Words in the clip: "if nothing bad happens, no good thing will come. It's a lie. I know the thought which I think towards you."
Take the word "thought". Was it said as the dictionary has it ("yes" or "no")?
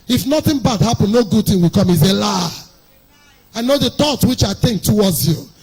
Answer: no